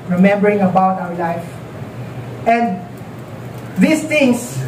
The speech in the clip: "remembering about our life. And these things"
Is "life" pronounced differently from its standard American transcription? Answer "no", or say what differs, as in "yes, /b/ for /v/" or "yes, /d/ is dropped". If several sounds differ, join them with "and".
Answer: no